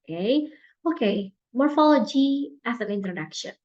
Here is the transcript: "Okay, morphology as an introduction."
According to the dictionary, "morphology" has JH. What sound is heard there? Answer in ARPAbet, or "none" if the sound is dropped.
JH